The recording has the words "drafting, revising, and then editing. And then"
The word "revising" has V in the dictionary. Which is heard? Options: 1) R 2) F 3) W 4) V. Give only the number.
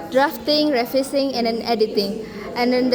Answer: 2